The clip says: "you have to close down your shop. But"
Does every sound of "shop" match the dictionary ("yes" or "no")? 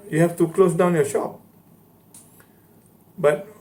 yes